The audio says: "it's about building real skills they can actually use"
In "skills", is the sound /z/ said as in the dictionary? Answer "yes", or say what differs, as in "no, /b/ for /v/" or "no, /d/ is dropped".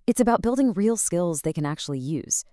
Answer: yes